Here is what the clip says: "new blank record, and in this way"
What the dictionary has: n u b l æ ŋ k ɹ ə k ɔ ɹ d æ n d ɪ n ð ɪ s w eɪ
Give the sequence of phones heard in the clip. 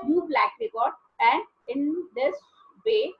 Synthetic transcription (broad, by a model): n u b l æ k ɹ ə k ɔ ɹ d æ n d ɪ n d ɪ s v eɪ